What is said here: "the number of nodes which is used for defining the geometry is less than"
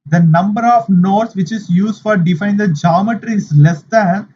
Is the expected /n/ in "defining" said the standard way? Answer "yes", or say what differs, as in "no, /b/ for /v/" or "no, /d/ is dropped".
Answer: no, /n/ is dropped